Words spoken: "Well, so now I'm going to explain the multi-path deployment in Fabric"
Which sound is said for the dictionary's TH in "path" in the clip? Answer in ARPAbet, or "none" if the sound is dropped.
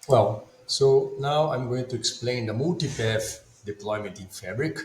F